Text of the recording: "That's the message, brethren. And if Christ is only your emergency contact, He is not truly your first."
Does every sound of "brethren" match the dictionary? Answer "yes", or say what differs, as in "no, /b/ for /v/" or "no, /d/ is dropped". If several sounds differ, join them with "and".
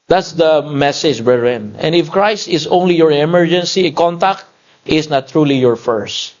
no, /ð/ is dropped